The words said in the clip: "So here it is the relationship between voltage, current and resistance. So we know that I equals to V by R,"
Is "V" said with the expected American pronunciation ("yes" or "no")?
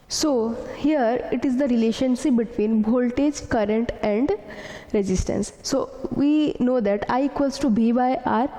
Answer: no